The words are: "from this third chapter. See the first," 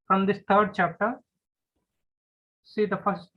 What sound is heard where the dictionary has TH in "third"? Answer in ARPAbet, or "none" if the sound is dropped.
T